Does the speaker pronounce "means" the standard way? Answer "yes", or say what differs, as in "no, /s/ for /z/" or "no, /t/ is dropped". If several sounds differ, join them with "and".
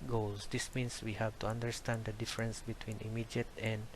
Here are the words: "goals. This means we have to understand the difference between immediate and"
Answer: no, /s/ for /z/